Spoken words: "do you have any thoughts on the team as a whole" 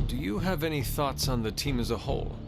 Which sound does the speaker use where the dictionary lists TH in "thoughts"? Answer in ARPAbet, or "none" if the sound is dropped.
TH